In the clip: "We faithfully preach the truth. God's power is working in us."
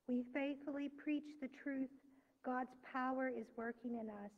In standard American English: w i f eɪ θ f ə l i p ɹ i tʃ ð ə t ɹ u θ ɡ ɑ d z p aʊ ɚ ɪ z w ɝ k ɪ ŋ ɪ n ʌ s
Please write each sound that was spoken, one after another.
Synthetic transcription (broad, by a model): w i f eɪ θ f l i p ɹ i tʃ ð ə t ɹ u θ ɡ ɑ d z p aʊ ɚ ɪ z w ɝ k ɪ ŋ ɪ n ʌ s